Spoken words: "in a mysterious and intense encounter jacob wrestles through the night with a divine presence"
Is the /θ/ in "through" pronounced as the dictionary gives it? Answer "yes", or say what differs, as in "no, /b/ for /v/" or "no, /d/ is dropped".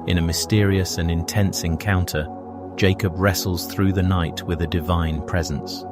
yes